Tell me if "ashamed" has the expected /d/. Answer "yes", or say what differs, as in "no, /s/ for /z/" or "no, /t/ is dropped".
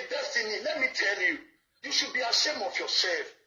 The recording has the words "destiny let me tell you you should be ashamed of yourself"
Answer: no, /d/ is dropped